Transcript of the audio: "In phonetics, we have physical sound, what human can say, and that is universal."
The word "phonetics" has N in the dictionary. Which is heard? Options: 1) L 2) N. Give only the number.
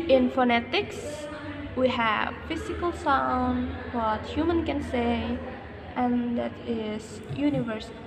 2